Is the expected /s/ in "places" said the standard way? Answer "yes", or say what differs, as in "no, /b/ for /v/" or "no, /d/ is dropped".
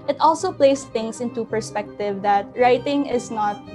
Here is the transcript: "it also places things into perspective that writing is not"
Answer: no, /s/ is dropped